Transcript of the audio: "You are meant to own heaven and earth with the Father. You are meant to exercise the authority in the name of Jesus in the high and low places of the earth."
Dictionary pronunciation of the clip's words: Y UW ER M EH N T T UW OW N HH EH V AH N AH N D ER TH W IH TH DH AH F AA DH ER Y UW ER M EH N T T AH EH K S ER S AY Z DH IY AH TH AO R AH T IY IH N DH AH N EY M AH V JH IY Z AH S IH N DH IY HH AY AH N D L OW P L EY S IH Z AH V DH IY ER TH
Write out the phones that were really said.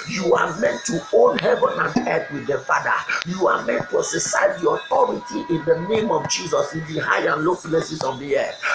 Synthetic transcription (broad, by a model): Y UW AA M EH N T T UW OW N HH EH V AH N AH N D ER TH W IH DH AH F AA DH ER Y UW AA M EH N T T AH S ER S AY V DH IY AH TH AO R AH T IY IH N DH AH N EY M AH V JH IY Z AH S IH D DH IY HH AY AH N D L OW F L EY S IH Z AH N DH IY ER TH